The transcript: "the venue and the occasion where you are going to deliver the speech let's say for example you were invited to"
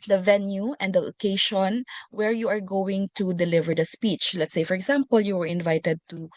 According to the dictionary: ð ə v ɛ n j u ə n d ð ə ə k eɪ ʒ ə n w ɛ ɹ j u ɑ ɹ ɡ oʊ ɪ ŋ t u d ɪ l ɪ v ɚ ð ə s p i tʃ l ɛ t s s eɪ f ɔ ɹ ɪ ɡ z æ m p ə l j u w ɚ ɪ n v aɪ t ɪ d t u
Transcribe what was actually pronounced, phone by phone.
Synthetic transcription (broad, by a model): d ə v ɛ n j u ə n d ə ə k eɪ ʃ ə n w ɛ ɹ j u ɑ ɹ ɡ oʊ ɪ ŋ t u d ɪ l ɪ v ɚ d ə s p i tʃ l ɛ t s s eɪ f ɔ ɹ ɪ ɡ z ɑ m p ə l j u w ɚ ɪ n v aɪ t ɪ d t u